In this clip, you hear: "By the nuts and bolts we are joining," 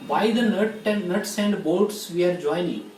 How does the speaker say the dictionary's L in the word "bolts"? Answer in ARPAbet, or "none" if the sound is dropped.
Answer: none